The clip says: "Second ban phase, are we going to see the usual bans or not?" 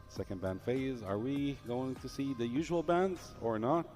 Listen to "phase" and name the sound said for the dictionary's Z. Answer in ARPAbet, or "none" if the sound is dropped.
Z